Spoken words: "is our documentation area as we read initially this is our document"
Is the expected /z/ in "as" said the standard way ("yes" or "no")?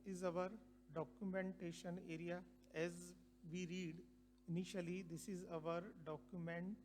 yes